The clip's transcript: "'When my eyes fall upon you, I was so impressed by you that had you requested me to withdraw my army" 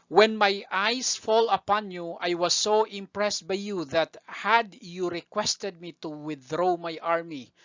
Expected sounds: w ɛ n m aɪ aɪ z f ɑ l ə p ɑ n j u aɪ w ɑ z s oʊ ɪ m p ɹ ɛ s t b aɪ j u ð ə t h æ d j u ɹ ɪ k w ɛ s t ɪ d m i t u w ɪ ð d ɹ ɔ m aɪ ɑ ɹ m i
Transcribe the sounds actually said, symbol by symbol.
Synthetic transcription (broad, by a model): w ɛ n m aɪ aɪ s f ɑ l ə p ɑ n j u aɪ w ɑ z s oʊ ɪ m p ɹ ɛ s t b aɪ j u ð ə t h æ d j u ɹ ɪ k w ɛ s t ɪ d m i t u w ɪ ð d ɹ ɔ m aɪ ɑ ɹ m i